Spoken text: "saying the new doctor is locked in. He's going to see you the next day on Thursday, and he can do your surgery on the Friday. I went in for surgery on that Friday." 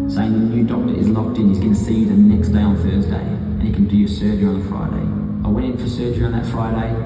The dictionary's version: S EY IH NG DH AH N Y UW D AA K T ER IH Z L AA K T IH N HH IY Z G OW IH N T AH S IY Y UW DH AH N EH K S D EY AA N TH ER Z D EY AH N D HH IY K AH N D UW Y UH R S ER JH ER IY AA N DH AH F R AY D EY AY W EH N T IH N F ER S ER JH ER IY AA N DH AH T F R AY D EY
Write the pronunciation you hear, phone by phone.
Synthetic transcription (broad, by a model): S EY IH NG DH AH N Y UW D AA K T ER IH Z L AA K T IH N HH IY Z G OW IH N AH S IY DH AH N EH K S D EY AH N TH ER Z D EY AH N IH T K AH N D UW Y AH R S ER JH ER IY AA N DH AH F R AY D EY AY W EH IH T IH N F ER S ER JH ER IY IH N DH AH T F R AY D EY